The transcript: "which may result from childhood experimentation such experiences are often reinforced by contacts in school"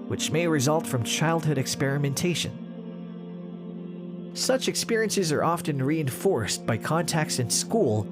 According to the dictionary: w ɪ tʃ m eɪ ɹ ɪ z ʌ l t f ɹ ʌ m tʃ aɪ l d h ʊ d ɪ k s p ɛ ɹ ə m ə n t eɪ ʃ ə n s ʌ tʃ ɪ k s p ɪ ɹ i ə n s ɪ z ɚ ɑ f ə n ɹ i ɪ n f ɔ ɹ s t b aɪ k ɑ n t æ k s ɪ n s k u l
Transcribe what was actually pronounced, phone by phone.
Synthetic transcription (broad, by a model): w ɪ tʃ m eɪ ɹ ɪ z ʌ l t f ɹ ʌ m tʃ aɪ l d h ʊ d ɪ k s p ɛ ɹ ə m ə n t eɪ ʃ ə n s ʌ tʃ ɪ k s p ɪ ɹ i ə n s ɪ z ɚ ɑ f ə n ɹ i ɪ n f ɔ ɹ s b aɪ k ɑ n t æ k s ɪ n s k u l